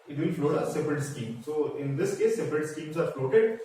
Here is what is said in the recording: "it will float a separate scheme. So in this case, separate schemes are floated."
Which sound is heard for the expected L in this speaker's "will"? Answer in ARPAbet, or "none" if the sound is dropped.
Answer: N